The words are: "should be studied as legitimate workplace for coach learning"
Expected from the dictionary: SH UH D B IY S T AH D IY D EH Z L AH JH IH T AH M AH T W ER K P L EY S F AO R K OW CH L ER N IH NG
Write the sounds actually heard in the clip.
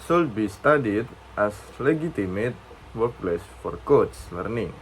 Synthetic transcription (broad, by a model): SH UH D B IY S T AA D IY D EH S L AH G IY T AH M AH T W ER K P L EY S F AO R K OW S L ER N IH NG